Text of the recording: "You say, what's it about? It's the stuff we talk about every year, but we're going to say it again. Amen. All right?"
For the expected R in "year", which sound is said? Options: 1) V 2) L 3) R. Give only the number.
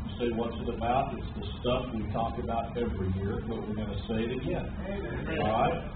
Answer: 3